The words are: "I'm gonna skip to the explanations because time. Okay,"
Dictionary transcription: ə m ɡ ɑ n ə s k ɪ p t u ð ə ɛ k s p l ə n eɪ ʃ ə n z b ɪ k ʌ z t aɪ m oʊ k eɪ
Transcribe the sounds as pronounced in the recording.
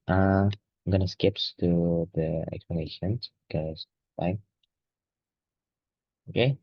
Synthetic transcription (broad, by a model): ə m ɡ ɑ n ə s k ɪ p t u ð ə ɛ k s p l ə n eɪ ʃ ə n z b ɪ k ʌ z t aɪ oʊ k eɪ